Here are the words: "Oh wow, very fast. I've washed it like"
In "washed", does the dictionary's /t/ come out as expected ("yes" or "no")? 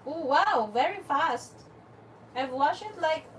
no